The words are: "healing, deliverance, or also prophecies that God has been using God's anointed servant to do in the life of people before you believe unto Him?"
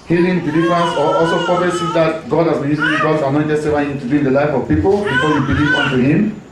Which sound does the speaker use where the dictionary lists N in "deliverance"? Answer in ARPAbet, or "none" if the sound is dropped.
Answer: none